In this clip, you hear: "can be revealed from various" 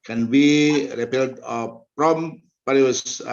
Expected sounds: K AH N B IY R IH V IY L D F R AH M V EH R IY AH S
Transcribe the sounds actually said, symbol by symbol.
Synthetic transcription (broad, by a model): K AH N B IY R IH P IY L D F R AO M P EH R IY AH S